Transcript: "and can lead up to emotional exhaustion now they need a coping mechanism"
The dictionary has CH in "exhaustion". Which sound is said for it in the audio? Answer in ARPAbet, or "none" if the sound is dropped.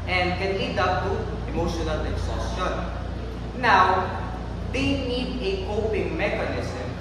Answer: none